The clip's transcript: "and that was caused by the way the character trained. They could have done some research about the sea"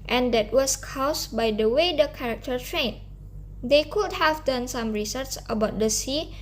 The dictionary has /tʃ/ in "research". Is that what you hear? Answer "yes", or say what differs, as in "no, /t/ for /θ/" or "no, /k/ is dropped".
no, /s/ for /tʃ/